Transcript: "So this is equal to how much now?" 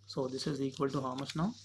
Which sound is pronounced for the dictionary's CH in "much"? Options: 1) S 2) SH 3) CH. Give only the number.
1